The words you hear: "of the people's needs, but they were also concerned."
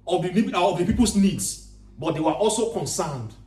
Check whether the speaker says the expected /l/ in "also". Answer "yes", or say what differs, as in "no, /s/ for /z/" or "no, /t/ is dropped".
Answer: yes